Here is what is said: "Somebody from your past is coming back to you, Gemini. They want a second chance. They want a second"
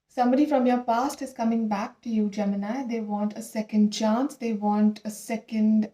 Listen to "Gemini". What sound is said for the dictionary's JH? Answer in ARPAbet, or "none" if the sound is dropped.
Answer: JH